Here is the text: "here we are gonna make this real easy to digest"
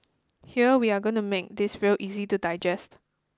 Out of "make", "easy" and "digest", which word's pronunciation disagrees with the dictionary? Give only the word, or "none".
none